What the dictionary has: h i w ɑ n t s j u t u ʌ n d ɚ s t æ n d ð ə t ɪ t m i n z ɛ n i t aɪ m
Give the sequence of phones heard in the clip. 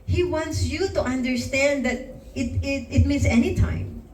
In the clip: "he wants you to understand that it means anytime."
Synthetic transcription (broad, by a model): h i w ɑ n t s j u t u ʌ n d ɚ s t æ n d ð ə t ɪ t m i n s ɛ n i t aɪ m